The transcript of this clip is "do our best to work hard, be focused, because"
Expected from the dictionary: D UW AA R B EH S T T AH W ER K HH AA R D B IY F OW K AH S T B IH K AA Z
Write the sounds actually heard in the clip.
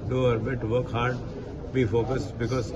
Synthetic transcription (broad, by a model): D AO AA R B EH T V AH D K HH AA R D B IY F OW K AH S T B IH K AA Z